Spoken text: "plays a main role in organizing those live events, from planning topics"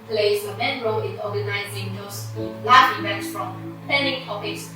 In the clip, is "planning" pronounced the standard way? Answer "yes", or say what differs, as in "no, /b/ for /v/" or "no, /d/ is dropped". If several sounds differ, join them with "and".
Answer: no, /l/ is dropped